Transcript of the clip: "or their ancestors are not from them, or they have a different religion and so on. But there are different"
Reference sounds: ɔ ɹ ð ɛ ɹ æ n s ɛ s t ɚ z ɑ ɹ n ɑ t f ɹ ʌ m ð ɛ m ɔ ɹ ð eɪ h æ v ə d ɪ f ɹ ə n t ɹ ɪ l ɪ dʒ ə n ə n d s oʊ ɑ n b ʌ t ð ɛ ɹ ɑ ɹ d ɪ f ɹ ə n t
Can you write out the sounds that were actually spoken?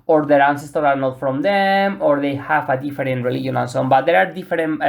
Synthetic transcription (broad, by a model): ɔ ɹ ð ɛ ɹ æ n s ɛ s t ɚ ɑ ɹ n ɑ t f ɹ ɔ m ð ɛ m ɔ ɹ ð eɪ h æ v ə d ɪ f ɹ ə n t ɹ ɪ l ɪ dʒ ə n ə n s oʊ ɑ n b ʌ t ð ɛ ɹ ɑ ɹ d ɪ f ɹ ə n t